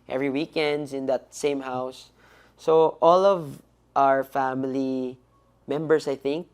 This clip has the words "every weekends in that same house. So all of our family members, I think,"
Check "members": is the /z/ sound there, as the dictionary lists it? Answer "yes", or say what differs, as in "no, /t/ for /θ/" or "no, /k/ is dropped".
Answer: no, /s/ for /z/